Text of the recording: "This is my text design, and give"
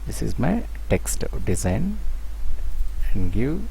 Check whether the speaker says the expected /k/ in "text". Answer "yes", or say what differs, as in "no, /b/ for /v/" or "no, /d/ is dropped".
yes